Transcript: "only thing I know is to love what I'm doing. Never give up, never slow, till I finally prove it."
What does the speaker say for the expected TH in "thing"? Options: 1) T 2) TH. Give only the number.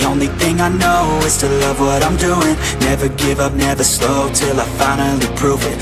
2